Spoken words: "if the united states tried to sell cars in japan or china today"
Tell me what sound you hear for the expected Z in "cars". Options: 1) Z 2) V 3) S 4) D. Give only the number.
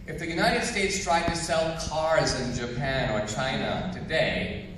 1